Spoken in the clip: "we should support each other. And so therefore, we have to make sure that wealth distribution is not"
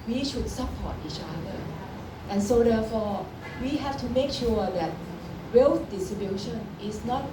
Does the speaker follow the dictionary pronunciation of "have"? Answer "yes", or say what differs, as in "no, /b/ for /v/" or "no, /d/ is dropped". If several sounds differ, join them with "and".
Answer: no, /f/ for /v/